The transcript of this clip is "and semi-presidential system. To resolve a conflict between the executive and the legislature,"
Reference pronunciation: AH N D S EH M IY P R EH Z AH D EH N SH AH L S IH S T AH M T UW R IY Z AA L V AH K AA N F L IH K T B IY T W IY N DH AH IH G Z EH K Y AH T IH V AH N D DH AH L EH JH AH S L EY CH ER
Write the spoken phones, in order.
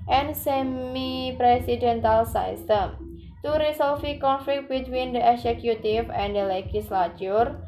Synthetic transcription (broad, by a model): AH N S EH M IY P R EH S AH D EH N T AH L S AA S T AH M T UW R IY S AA L F AH K AA N F L IH K T B IY T W IY N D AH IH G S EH K Y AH T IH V AH N D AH L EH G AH S L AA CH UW